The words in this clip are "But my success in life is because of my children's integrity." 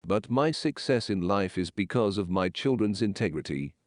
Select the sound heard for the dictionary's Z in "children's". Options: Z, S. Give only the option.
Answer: Z